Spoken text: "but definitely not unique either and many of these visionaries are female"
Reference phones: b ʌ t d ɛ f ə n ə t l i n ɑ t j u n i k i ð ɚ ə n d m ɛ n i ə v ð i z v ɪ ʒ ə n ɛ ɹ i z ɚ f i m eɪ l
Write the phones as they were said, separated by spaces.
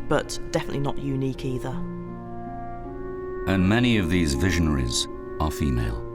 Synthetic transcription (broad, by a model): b ʌ t d ɛ f ə n ə t l i n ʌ t j u n i k i ð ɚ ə n m ɛ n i ə v ð i z v ɪ ʒ ə n ɛ ɹ i z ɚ f i m eɪ l